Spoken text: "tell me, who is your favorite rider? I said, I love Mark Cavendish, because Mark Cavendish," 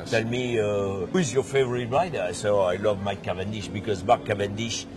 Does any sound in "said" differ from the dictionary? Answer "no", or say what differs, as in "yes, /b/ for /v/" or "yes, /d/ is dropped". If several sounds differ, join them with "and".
yes, /d/ is dropped